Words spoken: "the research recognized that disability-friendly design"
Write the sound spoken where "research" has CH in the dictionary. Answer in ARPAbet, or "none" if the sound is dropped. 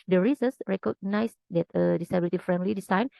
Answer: S